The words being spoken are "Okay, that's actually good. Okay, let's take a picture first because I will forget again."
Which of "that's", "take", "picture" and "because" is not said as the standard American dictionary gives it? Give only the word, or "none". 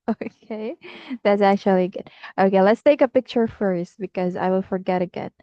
none